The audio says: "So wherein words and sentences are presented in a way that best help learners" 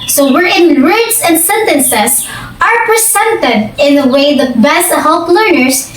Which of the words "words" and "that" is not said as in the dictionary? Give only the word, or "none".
words